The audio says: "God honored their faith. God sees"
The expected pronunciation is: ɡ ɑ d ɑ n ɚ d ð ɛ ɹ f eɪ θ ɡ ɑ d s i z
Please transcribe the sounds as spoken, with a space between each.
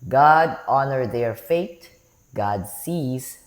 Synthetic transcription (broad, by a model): ɡ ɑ d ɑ n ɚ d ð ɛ ɹ f eɪ t ɡ ɑ d s i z